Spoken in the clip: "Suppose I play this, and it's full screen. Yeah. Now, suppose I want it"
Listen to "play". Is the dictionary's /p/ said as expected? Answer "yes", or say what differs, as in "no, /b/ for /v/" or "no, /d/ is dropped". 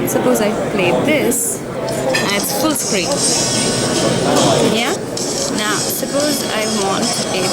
no, /f/ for /p/